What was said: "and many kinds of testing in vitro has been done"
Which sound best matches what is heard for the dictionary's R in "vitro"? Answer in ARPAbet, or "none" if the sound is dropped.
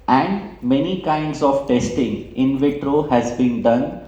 R